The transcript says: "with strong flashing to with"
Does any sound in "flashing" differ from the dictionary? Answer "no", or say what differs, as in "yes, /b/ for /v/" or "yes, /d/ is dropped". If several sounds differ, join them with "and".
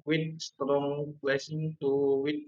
yes, /p/ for /f/ and /s/ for /ʃ/